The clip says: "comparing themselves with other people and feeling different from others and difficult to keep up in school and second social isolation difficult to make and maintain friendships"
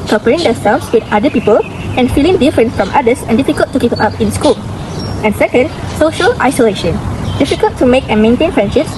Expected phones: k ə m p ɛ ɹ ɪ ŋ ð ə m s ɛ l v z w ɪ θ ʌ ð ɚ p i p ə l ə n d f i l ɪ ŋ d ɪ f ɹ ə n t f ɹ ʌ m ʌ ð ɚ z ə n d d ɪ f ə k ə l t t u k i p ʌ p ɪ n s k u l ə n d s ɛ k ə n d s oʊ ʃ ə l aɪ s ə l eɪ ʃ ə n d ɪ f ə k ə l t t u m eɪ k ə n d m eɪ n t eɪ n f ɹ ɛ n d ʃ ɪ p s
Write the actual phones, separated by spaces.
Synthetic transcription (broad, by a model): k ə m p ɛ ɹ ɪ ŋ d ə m s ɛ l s w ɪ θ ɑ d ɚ p i p ə l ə n f i l ɪ ŋ d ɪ f ɹ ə n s f ɹ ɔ m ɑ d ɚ s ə n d d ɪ f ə k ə l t t u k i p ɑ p ɪ n s k u l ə n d s ɛ k ə n d s oʊ ʃ ə l aɪ s ə l eɪ ʃ ə n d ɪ f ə k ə l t t u m eɪ k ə n m eɪ n t eɪ n f ɹ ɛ n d ʃ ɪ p s